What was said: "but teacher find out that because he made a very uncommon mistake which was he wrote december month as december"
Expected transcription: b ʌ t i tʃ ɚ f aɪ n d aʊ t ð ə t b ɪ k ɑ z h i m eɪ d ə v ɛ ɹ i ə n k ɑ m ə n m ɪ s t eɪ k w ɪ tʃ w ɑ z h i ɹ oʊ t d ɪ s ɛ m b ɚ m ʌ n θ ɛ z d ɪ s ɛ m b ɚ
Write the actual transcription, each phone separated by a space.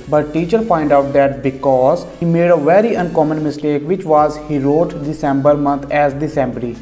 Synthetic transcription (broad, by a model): b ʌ t i tʃ ɚ p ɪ n d aʊ t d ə t b ɪ k ɑ z h i m eɪ d ə v ɛ ɹ i ə n k ɑ m ə n m ɪ s t eɪ k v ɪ tʃ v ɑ z h i ɹ oʊ t d ɪ s ɛ m b ɚ m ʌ n t ɛ z d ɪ s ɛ m b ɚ